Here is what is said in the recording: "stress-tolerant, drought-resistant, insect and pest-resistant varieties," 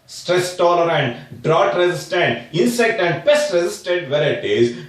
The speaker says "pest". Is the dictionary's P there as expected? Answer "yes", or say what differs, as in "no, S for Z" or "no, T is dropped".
no, B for P